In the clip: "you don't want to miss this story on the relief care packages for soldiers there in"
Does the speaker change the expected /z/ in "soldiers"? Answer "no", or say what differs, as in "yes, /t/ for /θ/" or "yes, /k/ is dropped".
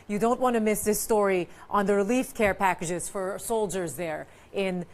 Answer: no